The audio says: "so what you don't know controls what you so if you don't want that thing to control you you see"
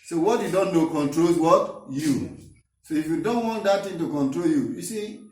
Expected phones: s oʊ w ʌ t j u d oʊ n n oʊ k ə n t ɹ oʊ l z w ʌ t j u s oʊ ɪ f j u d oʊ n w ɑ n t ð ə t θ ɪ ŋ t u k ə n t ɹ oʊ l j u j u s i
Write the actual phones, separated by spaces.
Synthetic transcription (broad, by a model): s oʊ w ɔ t j u d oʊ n n oʊ k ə n t ɹ oʊ l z w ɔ t j u s oʊ ɪ f j u d oʊ n w ɑ n t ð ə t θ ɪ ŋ t u k ə n t ɹ oʊ l j u j u s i